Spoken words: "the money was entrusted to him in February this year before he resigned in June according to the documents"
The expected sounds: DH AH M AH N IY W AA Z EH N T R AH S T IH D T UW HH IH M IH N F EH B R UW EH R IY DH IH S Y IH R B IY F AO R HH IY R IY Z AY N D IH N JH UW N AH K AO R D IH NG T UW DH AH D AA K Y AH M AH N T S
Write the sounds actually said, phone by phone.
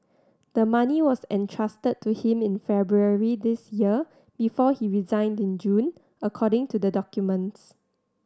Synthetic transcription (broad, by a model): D AH M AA N IY W AA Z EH N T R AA S T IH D T UW HH IH M IH N F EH B R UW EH R IY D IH S Y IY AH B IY F AO HH IY R IY Z AY N D IH N JH UW N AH K AO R D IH NG T UW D AH D AA K Y AH M AH N T S